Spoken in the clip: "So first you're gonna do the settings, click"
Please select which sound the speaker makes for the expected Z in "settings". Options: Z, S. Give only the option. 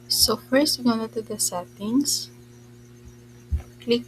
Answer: S